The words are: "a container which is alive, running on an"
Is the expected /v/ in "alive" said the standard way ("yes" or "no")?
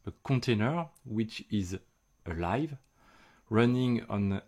yes